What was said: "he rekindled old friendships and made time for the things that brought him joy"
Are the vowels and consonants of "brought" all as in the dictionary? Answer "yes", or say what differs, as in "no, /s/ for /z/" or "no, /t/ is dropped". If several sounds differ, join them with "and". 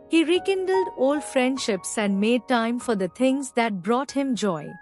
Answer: yes